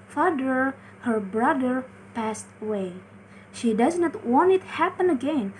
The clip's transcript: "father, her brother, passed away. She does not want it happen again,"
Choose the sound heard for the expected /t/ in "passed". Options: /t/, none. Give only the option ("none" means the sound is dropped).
/t/